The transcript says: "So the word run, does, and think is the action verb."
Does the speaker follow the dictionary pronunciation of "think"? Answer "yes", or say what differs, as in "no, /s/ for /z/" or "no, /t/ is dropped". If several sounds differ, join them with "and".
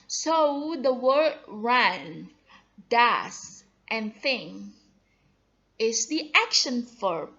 no, /k/ is dropped